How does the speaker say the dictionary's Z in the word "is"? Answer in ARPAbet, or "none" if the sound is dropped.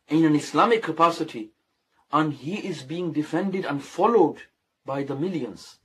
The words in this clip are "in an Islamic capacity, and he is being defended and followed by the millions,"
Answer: Z